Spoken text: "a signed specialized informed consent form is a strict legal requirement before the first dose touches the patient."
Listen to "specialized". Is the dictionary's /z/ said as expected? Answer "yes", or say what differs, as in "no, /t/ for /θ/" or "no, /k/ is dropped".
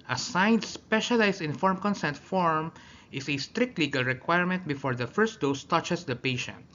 no, /s/ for /z/